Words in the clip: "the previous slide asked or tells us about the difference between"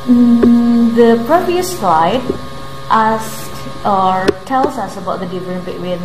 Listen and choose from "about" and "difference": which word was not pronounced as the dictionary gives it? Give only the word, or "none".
difference